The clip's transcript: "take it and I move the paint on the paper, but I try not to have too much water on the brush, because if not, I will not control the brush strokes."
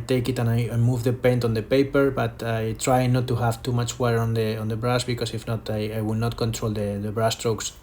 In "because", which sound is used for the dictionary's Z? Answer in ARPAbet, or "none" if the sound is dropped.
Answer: S